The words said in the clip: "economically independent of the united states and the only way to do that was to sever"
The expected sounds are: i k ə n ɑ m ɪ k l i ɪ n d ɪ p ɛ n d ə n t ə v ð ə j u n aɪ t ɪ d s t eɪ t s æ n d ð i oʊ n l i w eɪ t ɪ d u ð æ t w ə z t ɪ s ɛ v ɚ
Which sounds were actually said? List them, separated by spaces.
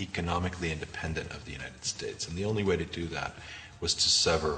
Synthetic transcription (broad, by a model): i k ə n ɑ m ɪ k l i ɪ n d ɪ p ɛ n d ə n t ə v ð ə j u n aɪ t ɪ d s t eɪ t s n ð i oʊ n l i w eɪ t ɪ d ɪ ð æ t w ə z t ɪ s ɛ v ɚ